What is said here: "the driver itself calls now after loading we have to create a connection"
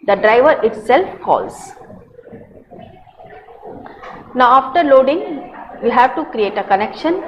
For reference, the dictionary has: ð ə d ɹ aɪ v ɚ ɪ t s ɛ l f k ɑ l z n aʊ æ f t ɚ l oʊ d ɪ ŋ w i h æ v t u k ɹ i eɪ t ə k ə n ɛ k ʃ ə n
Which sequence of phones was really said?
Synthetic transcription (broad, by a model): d ə d ɹ aɪ v ɚ ɪ t s ɛ l f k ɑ l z n aʊ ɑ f t ɚ l oʊ d ɪ ŋ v i h æ v t u k ɹ i eɪ t ə k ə n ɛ k ʃ ə n